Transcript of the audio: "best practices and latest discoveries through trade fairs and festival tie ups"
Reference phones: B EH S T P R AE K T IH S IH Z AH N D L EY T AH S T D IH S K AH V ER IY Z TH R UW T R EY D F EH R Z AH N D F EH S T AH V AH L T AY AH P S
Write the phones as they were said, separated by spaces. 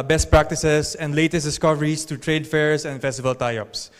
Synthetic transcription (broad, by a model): B EH S T P R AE K T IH S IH S AH N D L EY T AH S T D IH S K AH V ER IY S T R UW T R EY D F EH R S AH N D F EH S T AH V AH L T AY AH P S